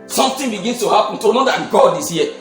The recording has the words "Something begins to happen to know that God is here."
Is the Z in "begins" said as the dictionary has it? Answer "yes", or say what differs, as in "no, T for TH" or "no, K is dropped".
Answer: no, S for Z